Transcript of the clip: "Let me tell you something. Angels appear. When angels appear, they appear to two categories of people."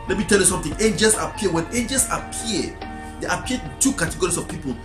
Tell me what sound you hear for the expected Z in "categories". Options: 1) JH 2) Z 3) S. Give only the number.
3